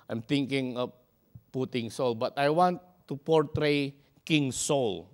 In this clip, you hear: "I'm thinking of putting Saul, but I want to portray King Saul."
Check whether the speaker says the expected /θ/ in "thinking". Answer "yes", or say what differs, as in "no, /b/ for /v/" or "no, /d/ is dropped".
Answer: no, /t/ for /θ/